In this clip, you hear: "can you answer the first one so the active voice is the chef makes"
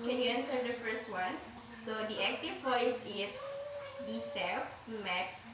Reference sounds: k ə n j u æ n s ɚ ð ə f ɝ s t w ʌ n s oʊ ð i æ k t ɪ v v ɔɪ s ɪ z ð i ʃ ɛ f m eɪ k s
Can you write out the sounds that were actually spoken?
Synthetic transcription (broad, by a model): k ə n j u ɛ n s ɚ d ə f ɝ s t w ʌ n s oʊ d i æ k t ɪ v p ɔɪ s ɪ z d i s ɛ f m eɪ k s